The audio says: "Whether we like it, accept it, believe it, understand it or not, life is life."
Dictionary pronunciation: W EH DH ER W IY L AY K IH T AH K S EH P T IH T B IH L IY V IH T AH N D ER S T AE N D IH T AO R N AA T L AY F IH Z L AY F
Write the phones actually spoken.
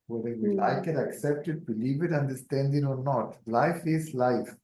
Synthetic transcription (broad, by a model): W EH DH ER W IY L AY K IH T AH K S EH P T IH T B IH L IY V IH T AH N D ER S T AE N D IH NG AO R N AA T L AY F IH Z L AY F